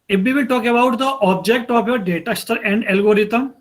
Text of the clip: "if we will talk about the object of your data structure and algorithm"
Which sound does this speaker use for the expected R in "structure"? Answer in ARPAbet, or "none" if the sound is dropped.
none